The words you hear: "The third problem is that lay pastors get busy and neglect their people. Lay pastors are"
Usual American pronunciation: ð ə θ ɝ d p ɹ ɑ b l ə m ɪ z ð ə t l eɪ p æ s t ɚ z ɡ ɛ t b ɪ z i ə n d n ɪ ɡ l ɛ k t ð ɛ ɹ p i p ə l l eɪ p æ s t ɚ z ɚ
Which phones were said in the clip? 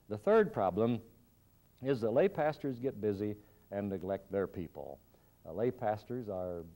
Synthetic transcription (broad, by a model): ð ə θ ɝ d p ɹ ɑ b l ə m ɪ z ð ə t l eɪ p æ s t ɚ z ɡ ɛ t b ɪ z i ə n n ɪ ɡ l ɛ k t ð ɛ ɹ p i p ə l l eɪ p æ s t ɚ z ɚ